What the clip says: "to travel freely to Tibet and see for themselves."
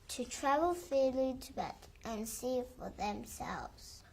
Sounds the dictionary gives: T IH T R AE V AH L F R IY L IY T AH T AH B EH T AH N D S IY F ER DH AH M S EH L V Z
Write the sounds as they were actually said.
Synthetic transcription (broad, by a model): T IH T R AE V AH L F IY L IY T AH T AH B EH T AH N S IY F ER DH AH M S EH L V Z